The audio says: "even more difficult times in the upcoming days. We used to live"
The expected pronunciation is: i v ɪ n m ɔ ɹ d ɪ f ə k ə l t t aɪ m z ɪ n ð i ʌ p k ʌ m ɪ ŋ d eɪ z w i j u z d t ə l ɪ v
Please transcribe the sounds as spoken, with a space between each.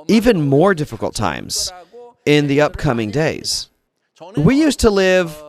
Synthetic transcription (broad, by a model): i v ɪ n m ɔ ɹ d ɪ f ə k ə l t t aɪ m z ɪ n ð i ʌ p k ʌ m ɪ ŋ d eɪ z w i j u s t ə l ɪ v